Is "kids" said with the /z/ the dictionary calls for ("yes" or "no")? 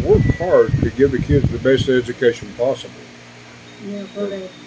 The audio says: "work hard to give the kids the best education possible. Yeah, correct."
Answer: yes